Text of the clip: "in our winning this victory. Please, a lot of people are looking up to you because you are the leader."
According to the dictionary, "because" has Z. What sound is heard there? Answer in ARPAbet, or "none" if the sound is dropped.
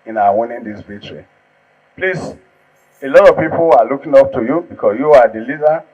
S